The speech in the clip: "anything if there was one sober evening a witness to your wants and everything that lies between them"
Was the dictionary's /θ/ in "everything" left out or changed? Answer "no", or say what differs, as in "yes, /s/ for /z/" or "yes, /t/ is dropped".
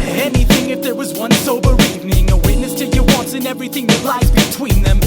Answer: no